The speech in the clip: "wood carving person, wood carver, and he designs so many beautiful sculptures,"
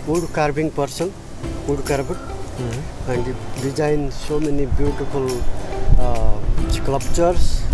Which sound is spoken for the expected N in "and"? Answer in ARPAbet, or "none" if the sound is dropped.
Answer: N